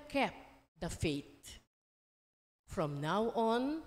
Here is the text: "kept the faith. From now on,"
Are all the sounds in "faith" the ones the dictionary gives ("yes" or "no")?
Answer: no